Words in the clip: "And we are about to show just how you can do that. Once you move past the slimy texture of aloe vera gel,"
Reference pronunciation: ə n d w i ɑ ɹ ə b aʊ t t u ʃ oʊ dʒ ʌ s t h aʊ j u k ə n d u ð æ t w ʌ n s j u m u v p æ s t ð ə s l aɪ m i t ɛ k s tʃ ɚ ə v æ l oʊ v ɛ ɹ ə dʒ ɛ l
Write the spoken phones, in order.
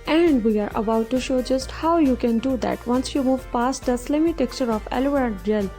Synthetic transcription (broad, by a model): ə n d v i ɑ ɹ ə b aʊ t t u ʃ oʊ dʒ ʌ s t h aʊ j u k ə n d u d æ t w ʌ n s j u m u v p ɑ s t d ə s l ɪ m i t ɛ k tʃ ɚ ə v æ l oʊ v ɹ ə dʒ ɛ l